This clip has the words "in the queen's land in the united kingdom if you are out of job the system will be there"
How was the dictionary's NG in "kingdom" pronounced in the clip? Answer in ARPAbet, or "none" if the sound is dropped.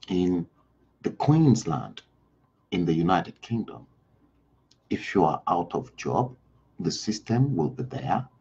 NG